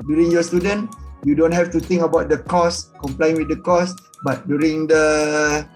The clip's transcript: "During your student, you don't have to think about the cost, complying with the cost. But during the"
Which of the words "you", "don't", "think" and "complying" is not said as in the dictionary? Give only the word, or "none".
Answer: think